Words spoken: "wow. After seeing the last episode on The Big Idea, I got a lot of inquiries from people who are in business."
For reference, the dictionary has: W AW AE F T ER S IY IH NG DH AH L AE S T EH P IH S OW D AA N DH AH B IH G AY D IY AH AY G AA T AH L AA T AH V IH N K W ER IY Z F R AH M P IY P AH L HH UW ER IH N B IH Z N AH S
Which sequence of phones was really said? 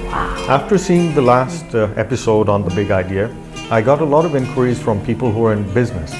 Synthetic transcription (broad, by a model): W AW AE F T ER S IY IH NG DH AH L AE S T EH P IH S OW D N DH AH B IH G AY D IY AH AY G AA T AH L AA T AH V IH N K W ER IY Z F R AH M P IY P AH L HH UW ER IH N B IH Z N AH S